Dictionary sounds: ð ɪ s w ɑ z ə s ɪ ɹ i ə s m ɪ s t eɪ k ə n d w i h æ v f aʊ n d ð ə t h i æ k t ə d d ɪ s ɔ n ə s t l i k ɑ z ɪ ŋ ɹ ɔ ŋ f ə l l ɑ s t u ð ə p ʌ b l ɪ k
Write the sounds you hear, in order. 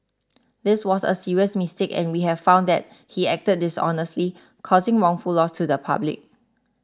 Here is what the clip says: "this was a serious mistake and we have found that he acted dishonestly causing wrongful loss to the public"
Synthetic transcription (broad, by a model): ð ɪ s w ɑ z ə s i ɹ i ə s m ɪ s t eɪ k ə n w i h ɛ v f aʊ n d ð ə t h i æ k t ə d d ɪ s ɔ n ə s t l i k ɑ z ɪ ŋ ɹ ɔ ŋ f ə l l ɑ s t u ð ə p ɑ b l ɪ k